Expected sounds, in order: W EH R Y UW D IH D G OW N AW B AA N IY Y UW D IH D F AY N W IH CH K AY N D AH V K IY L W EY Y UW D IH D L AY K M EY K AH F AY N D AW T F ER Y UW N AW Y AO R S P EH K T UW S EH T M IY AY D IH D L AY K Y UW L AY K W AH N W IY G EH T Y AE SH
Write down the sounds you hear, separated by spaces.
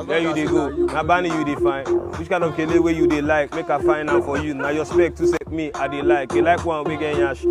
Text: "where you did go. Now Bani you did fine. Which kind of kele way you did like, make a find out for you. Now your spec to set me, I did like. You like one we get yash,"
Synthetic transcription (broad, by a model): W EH Y UW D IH G OW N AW B AA N IY Y UW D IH F AY N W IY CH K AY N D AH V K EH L W EY Y UW D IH L AY K M EY K AH F AY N AW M F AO Y UW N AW Y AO S P EH K T UW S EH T M IY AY D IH L AY K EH L AY K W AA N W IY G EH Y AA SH